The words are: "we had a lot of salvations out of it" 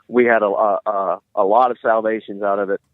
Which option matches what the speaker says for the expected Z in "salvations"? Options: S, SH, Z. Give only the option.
Z